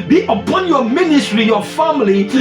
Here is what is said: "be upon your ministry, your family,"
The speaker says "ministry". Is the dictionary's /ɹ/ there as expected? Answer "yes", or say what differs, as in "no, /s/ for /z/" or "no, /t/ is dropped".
yes